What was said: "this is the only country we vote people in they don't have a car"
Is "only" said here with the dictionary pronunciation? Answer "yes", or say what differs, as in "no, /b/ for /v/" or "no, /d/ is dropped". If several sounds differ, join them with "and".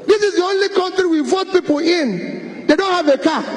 yes